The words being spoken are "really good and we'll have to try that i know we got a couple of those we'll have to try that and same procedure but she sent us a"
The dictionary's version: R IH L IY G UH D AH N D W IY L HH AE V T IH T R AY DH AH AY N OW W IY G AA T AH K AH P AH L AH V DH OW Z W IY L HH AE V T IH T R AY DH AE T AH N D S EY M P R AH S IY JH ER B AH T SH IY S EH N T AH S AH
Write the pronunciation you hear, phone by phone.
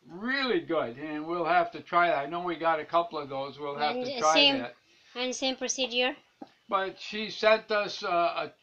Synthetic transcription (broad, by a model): R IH L IY G UH D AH N W IY L HH AE F T IH T R AY DH AH AY N OW W IY G AA T AH K AH P L AH V DH OW Z W IY L HH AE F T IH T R AY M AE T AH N S EY M P R AH S IY JH ER B AH T SH IY S EH N T AH S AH